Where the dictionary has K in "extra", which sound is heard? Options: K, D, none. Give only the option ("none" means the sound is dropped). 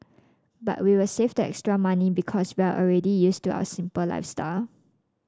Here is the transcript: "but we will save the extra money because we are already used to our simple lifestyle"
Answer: K